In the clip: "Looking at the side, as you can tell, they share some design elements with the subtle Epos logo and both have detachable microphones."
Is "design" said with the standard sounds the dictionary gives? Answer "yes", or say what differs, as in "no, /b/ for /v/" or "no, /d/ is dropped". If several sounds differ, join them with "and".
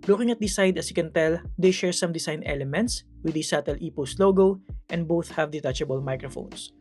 no, /s/ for /z/